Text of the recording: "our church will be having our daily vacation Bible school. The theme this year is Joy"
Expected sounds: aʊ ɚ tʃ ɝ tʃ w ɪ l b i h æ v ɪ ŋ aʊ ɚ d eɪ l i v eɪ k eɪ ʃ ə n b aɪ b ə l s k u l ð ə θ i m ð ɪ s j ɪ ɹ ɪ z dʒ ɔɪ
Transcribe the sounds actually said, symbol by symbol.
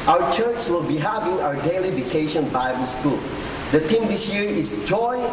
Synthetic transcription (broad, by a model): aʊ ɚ tʃ ɝ tʃ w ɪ l b i h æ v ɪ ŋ aʊ ɚ d eɪ l i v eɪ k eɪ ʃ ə n b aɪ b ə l s k u l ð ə t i m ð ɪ s j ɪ ɹ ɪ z dʒ ɔɪ